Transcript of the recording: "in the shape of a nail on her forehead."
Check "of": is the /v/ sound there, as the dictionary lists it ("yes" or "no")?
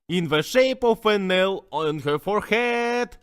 no